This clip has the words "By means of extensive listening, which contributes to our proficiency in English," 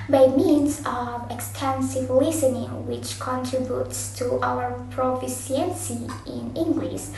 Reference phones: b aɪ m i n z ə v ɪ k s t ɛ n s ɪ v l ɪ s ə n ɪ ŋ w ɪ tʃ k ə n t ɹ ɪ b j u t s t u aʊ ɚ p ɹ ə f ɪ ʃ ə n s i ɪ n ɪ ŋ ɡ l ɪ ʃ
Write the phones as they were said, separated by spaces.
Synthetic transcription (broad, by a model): b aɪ m i n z ə v ɪ k s t ɛ n s ɪ v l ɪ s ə n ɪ ŋ w ɪ tʃ k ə n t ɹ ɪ b j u t s t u aʊ ɚ p ɹ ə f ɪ s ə n s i ɪ n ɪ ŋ ɡ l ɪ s